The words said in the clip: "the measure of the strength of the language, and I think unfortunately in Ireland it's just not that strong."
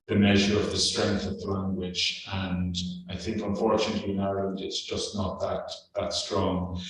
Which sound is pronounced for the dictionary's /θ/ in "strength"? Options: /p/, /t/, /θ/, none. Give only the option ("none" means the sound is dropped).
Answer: /θ/